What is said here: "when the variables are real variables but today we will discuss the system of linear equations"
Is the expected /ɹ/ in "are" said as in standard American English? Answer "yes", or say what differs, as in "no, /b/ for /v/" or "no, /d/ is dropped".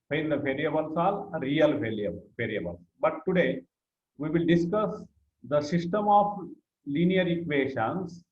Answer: no, /l/ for /ɹ/